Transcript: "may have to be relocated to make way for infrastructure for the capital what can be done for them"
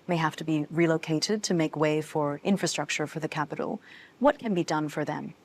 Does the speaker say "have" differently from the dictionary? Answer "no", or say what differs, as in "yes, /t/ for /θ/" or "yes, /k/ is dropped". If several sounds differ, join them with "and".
yes, /f/ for /v/